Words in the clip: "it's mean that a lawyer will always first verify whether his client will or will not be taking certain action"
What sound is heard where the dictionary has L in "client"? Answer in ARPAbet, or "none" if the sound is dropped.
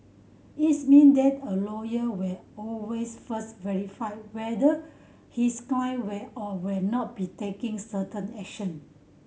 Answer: none